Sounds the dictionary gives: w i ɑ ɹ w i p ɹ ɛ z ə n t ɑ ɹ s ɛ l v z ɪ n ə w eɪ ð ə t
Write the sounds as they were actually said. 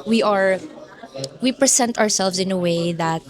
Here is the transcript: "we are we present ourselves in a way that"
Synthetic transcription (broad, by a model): w i ɑ ɹ w i p ɹ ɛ s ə n t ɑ ɹ s ɛ l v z ɪ n ə w eɪ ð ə t